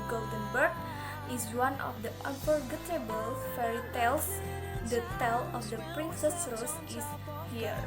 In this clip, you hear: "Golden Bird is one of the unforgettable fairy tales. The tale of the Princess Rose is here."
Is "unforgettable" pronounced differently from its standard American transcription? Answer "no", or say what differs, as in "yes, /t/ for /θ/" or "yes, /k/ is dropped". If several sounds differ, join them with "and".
yes, /p/ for /f/